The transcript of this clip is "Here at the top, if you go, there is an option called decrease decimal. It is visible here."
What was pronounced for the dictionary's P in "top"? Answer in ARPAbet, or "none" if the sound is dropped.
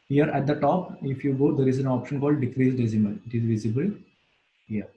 P